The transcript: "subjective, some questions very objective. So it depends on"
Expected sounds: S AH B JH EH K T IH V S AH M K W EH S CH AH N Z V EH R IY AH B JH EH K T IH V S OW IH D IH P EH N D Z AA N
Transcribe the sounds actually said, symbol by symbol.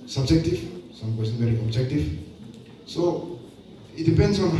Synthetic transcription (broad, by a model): S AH B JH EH K T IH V S AH M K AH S AH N V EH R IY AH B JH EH K T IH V S OW IH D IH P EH N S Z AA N